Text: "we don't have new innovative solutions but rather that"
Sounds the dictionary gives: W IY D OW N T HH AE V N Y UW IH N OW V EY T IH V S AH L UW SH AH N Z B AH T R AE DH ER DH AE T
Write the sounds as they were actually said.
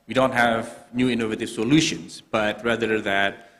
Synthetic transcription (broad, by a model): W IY D OW N T HH AE V N Y UW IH N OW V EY T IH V S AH L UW SH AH N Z B AH T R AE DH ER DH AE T